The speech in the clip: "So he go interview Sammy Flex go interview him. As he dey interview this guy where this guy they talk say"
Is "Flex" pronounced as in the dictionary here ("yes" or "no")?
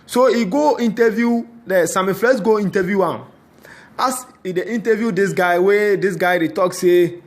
no